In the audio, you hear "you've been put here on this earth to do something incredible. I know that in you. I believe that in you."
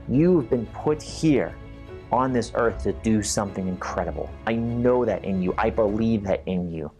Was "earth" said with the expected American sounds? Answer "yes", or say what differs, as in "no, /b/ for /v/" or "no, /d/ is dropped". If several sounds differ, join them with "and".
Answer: yes